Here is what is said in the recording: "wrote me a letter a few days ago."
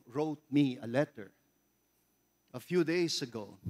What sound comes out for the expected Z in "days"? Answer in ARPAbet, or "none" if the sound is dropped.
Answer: S